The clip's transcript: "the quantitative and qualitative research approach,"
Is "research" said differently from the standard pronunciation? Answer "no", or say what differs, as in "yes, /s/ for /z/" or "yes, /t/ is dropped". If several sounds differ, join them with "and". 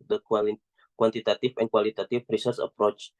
yes, /s/ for /tʃ/